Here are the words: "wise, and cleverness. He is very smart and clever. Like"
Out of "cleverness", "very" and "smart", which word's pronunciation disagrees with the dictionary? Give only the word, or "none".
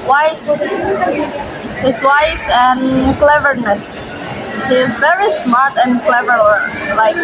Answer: none